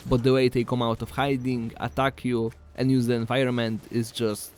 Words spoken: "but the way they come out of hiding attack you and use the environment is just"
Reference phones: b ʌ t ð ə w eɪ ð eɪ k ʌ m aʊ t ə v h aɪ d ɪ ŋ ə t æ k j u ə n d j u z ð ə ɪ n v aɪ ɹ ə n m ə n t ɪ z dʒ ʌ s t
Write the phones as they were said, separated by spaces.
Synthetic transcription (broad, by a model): b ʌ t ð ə w eɪ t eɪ k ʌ m aʊ t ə f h aɪ d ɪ ŋ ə t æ k j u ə n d j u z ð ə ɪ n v aɪ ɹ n m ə n t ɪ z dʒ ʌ s t